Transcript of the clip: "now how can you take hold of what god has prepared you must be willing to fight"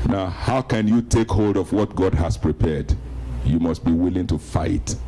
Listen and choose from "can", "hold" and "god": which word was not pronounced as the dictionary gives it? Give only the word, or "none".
none